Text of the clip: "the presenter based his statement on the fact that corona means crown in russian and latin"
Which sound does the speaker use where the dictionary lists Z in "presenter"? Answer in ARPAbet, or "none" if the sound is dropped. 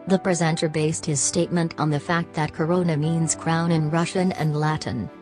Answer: Z